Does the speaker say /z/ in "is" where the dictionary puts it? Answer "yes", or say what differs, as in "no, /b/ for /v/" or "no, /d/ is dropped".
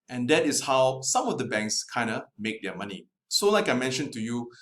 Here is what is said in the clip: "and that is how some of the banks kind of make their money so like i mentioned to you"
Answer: no, /s/ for /z/